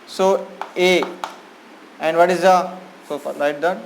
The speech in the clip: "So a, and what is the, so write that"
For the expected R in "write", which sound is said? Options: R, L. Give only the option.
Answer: L